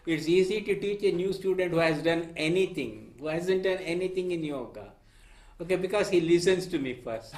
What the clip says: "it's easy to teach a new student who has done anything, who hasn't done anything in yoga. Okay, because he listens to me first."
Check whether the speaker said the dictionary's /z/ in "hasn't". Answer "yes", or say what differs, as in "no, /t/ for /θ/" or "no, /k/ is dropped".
yes